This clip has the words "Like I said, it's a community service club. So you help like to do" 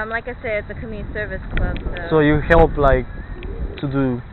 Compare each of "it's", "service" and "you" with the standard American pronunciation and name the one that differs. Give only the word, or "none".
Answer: none